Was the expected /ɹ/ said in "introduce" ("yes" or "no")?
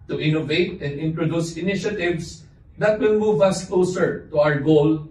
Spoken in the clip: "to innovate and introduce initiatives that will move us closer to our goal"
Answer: yes